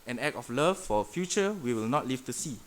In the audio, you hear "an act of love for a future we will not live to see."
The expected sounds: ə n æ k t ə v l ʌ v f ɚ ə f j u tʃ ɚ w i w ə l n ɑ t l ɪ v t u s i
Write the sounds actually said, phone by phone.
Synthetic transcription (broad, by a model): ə n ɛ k ə f l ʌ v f ə f j u tʃ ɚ w i w ə l n ɑ t l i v t u s i